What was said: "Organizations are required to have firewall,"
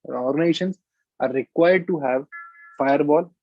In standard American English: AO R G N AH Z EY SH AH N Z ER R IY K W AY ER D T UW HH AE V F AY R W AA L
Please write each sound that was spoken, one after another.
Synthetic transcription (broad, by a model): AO R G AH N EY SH AH N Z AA R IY K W AY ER D T UW HH AE V F AY R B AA L